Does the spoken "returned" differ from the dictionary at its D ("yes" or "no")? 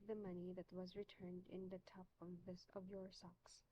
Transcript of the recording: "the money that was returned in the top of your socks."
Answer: no